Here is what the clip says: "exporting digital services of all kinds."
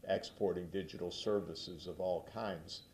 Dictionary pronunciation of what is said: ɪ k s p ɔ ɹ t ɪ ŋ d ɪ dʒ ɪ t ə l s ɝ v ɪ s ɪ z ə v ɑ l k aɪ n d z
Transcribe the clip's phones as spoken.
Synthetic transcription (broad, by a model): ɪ k s p ɔ ɹ t ɪ ŋ d ɪ dʒ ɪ t l s ɝ v ɪ s ɪ z ə v ɑ l k aɪ n d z